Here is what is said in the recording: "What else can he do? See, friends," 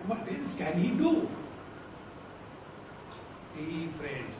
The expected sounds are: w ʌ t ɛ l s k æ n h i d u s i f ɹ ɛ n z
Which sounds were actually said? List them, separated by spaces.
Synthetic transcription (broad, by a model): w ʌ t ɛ n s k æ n h i d u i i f ɹ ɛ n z